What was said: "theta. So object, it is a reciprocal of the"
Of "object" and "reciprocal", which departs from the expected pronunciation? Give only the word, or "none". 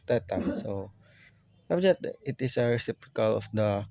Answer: object